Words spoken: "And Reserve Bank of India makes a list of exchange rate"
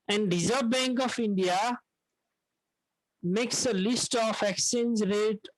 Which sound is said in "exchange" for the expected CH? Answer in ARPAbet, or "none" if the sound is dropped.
none